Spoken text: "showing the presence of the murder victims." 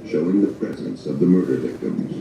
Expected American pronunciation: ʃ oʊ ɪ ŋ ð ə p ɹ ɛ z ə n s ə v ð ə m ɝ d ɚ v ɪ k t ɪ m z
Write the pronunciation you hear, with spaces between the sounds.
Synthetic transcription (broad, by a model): ʃ oʊ ɪ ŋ ð ə p ɹ ɛ z ə n s ə v ð ə m ɝ d ɚ v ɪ k t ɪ m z